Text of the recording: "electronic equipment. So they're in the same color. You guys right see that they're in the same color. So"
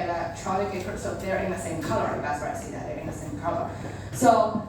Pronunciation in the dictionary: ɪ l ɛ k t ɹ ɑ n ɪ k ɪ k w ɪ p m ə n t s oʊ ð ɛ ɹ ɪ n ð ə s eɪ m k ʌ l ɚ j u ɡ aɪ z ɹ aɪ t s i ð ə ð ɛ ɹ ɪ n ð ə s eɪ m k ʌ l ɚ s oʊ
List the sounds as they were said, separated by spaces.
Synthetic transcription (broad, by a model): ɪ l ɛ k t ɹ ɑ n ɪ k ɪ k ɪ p ə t s oʊ ð ɛ ɹ ɪ n ð ə s eɪ m k ʌ l ɚ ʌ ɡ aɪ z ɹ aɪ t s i ð ə ð ɛ ɹ ɪ n ð ə s eɪ m k ʌ l ɚ s oʊ